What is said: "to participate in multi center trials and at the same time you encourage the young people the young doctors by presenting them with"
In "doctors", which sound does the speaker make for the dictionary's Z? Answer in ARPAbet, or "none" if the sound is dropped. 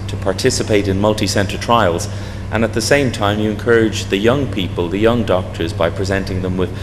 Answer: Z